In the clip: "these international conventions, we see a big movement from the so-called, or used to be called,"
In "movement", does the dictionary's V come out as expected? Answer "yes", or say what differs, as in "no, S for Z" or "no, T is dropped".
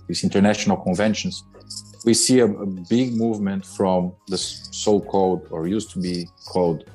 yes